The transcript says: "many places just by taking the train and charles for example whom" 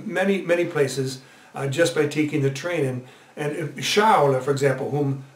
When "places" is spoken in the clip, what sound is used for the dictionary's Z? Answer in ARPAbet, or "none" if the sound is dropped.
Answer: Z